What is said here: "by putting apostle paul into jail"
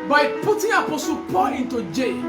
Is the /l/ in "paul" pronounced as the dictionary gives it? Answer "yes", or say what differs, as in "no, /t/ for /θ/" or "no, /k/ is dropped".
no, /n/ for /l/